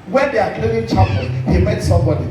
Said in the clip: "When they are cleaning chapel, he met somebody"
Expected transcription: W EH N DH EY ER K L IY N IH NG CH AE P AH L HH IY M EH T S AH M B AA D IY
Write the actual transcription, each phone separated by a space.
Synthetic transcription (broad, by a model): W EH N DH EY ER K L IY IH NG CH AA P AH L HH IY M EH T S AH M B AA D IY